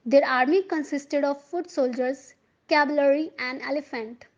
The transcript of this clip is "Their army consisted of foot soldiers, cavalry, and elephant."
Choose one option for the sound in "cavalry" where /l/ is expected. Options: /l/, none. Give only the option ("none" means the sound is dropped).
none